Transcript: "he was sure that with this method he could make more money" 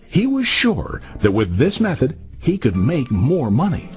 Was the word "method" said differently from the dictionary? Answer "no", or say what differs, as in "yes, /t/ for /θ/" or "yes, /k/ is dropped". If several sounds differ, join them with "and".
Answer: no